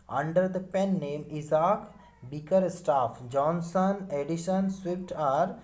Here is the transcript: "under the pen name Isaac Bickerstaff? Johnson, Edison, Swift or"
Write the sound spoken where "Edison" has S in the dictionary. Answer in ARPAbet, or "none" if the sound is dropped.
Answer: SH